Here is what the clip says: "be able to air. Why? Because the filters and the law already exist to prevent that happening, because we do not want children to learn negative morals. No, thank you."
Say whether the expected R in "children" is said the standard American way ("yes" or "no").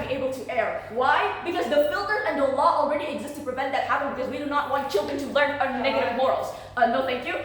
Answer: yes